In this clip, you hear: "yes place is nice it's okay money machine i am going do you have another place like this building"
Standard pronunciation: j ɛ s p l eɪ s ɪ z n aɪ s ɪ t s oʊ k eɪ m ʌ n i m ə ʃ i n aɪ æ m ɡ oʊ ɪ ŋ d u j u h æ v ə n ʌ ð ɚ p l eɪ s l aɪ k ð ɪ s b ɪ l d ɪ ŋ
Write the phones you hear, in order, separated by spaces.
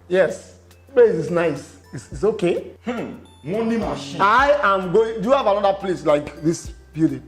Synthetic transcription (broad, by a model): j ɛ s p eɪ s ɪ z n aɪ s ɪ t s oʊ k eɪ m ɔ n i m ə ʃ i aɪ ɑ m ɡ oʊ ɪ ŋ d u j u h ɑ v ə n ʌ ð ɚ p l eɪ s l aɪ k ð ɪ s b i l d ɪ